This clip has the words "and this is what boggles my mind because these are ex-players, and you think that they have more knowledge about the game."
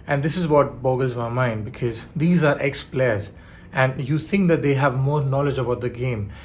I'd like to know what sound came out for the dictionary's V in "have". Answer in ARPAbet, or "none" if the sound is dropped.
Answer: V